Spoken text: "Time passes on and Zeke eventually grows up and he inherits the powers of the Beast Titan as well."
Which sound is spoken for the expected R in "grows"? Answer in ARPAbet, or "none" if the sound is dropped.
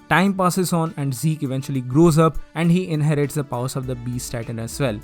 R